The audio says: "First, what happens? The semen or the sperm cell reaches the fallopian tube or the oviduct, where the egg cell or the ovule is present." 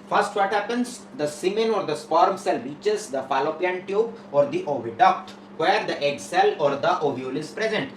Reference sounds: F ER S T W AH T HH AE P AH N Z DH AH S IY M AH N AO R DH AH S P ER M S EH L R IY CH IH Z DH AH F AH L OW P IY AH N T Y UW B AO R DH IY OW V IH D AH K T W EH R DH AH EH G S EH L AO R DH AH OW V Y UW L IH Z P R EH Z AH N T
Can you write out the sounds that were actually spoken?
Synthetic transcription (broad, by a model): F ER S T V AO T HH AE P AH N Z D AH S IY M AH N AO R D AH S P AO M S EH L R IY CH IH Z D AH F AH L OW P IY AH N T Y UW B AO R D IY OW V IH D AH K T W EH R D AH EH G S EH L AO R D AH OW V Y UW L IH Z P R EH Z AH N T